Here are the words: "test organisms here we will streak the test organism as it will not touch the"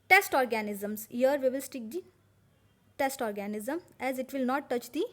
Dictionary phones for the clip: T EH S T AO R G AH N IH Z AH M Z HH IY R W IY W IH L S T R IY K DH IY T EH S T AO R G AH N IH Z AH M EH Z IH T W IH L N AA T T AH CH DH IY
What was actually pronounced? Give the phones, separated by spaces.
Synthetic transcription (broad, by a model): T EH S T AO R G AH N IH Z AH M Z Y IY R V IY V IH L S T IY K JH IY T EH S T AO R G AH N IH Z AH M EH Z IH T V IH L N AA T T AH CH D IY